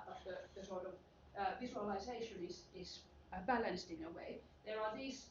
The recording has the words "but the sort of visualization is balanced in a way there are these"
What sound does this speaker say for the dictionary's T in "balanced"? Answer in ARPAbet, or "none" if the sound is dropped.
T